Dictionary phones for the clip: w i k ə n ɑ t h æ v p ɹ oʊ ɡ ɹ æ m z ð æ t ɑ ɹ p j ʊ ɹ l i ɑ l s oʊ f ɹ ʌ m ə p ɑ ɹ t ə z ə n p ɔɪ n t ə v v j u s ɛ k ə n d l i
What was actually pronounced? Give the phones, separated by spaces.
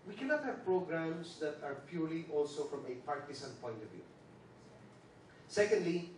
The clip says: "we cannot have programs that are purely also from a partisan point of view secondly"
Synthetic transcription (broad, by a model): w i k ə n ɑ t h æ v p ɹ oʊ ɡ ɹ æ m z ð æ t ɑ ɹ p j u ɹ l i ɑ l s oʊ f ɹ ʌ m ə p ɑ ɹ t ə s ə n p ɔɪ n t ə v v j u s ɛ k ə n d l i